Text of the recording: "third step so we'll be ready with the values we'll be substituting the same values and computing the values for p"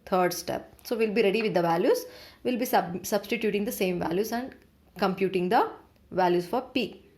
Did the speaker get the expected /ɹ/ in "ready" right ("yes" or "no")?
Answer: yes